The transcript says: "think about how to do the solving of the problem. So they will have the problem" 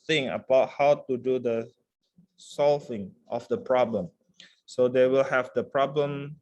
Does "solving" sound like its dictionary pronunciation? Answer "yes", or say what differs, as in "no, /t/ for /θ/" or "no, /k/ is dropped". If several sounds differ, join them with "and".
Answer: yes